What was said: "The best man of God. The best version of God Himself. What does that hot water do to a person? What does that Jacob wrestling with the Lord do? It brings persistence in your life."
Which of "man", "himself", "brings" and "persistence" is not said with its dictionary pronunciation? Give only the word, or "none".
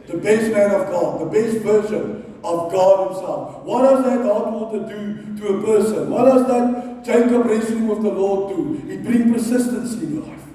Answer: brings